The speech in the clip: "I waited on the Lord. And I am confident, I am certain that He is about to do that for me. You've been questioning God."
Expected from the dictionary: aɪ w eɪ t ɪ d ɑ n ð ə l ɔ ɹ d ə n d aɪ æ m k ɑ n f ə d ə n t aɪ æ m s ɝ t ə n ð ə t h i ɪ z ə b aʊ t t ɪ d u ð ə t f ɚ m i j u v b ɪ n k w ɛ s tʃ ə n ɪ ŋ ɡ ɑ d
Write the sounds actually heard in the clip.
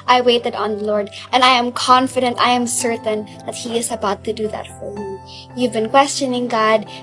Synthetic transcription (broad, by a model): aɪ w eɪ t ɪ d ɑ n ð ə l ɔ ɹ d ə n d aɪ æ m k ɑ n f ə d ə n t aɪ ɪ m s ɝ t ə n ð ə t h i ɪ z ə b aʊ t t ɪ d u ð ə t f ɚ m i j u v b ɪ n k w ɛ s tʃ ə n ɪ ŋ ɡ ɑ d